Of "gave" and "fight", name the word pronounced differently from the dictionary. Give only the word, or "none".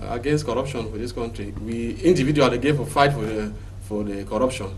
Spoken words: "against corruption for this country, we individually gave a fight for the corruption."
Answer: gave